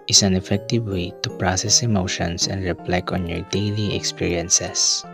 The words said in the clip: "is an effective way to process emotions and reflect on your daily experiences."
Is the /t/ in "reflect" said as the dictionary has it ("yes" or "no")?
no